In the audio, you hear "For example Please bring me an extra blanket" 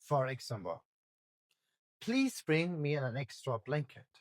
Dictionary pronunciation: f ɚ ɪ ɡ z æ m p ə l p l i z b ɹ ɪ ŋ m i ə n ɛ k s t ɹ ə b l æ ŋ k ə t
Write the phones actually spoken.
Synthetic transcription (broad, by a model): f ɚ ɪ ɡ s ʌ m b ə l p l i z b ɹ ɪ ŋ m i ə n ɛ k s t ɹ ə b l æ ŋ k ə t